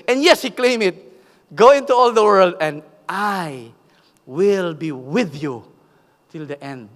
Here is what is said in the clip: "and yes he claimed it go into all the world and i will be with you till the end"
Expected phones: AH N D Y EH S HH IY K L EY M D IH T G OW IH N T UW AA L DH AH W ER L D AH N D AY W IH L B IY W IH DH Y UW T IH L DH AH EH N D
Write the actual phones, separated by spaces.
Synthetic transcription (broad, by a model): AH N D Y EH S HH IY K L EY M IH T G OW IH N T UW AA L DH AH W ER L D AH N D AY W IH L B IY W IH DH Y UW T IH L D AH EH N D